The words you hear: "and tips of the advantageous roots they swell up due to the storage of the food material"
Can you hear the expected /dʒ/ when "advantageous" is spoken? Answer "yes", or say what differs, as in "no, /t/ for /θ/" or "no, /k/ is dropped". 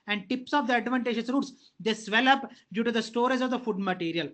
no, /ʃ/ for /dʒ/